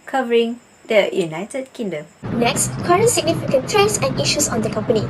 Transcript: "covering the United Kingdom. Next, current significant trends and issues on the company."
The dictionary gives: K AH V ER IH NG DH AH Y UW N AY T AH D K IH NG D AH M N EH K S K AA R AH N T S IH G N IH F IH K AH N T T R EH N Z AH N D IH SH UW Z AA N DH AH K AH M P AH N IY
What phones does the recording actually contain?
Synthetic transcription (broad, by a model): K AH V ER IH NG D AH Y UW N AY T AH D K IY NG D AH M N EH K S K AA R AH N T S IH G N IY F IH K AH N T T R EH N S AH N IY SH UW S AA N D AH K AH M P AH N IY